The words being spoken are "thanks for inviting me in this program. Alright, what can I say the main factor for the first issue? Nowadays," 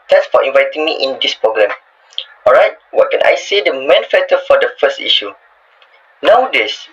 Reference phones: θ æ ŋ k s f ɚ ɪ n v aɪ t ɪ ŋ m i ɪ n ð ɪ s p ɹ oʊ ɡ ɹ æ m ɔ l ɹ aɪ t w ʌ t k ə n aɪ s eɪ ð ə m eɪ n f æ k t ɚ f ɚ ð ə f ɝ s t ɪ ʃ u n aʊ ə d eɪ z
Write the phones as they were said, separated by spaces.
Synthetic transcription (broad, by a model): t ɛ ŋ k s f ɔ ɪ n v aɪ t ɪ ŋ m i ɪ n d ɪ s p ɹ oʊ ɡ ɹ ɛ m ɔ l ɹ aɪ t w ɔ t k ə n aɪ s eɪ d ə m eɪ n f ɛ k t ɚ f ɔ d ə f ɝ s t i ʃ u n aʊ d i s